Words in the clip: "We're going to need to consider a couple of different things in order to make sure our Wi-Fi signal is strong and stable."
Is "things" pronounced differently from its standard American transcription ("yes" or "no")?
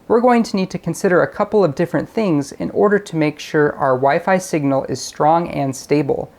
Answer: no